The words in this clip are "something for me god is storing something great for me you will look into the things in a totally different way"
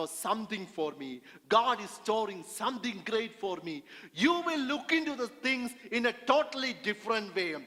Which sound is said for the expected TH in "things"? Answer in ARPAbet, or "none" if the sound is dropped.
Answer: T